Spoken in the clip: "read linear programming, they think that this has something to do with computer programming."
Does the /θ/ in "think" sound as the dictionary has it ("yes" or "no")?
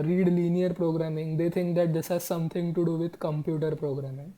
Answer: no